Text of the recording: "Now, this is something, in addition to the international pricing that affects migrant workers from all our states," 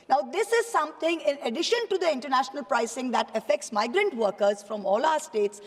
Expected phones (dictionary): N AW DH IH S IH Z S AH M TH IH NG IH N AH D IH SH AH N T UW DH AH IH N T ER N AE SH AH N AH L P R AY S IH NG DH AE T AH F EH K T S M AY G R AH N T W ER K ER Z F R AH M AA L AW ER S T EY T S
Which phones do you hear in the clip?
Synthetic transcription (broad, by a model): N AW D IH S IH Z S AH M T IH NG IH N AH D IH SH AH N T UW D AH IH N T ER N AE SH AH N AH L P R AY S IH NG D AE T AH F EH K T S M AY G R AH N T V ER K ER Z F R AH M AA L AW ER S T EY T S